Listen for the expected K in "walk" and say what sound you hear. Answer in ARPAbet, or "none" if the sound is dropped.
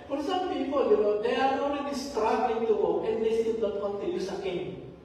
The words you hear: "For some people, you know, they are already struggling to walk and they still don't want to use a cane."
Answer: none